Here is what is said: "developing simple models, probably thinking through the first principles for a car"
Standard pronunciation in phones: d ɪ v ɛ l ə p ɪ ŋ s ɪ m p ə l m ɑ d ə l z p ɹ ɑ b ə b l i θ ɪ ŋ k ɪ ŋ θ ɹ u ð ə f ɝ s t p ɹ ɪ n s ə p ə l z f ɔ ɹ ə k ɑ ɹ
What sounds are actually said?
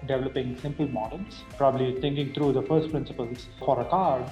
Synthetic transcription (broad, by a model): d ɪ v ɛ l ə p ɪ ŋ s ɪ m p ə l m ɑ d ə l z p ɹ ɑ b ə b l i t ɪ ŋ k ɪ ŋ t ɹ u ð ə f ɝ s t p ɹ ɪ n s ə p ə l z f ɔ ɹ ə k ɑ ɹ